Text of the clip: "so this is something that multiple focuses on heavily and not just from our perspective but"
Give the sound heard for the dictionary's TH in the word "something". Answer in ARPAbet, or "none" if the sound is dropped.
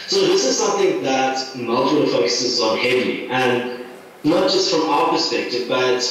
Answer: TH